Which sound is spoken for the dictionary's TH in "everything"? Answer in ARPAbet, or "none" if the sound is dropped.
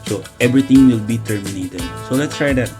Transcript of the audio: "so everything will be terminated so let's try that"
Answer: T